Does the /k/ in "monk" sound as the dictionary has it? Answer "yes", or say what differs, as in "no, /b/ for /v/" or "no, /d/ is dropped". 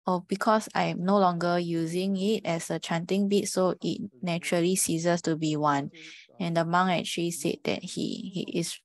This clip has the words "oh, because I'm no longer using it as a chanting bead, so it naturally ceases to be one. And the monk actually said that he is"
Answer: no, /k/ is dropped